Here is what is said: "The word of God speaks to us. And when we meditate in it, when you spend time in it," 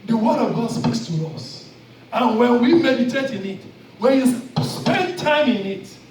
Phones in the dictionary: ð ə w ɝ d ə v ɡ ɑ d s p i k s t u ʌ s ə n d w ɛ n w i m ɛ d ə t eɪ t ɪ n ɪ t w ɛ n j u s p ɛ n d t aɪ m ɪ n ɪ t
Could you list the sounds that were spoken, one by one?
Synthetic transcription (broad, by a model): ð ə w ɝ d ə v ɡ ɑ d s p i k s t u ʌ s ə n w ɛ n w i m ɛ d ə t eɪ t ɪ n ɪ t w ɛ n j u s p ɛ n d t aɪ m ɪ n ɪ t